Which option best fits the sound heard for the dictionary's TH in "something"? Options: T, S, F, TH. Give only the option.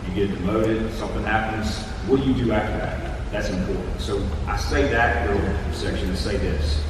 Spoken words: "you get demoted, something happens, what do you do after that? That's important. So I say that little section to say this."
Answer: TH